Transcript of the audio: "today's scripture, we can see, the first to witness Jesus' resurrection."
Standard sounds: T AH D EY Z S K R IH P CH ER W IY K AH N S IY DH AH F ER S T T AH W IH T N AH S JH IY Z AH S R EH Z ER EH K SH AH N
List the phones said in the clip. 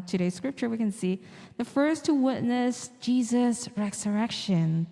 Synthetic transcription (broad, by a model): T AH D EY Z S K R IH P CH ER W IY K AH N S IY DH AH F ER S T T AH W IH T N AH S JH IY Z AH S R EH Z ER EH K SH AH N